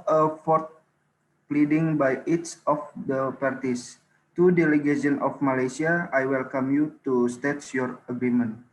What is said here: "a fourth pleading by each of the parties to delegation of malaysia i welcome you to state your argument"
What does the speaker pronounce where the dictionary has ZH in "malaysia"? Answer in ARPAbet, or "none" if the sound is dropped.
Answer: S